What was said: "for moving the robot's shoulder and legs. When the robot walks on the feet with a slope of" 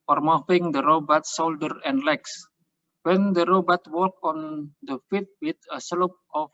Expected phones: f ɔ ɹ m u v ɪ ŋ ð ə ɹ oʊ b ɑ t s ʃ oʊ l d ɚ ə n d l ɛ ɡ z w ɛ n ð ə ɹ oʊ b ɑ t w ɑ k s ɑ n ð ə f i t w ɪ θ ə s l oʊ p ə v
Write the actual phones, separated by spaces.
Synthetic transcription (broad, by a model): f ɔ ɹ m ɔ f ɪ ŋ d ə ɹ oʊ b ɑ t s oʊ l d ɚ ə n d l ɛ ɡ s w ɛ n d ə ɹ oʊ b ɑ t w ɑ k ɑ n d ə f i t w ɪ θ ə s l oʊ p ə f